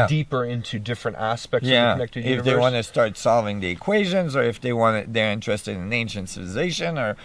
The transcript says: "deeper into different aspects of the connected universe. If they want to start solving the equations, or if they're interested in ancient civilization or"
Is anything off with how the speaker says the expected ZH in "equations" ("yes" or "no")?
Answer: no